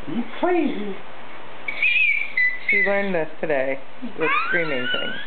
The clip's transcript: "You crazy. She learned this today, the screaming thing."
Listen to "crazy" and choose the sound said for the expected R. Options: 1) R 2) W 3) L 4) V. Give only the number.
3